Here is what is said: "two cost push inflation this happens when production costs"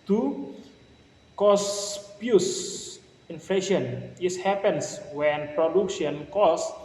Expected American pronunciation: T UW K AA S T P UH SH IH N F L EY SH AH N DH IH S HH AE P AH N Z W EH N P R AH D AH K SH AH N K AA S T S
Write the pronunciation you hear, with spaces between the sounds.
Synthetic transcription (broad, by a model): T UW K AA S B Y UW S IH N F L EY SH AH N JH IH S HH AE P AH N S W EH N P R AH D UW K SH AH N K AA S S